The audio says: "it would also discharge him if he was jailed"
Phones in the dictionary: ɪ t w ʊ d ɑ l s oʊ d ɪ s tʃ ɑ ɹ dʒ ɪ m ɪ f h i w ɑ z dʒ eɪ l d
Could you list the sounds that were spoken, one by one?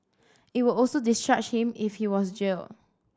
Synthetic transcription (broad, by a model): ɪ t w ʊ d ɑ l s oʊ d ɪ s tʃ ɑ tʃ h ɪ m ɪ f h i w ɑ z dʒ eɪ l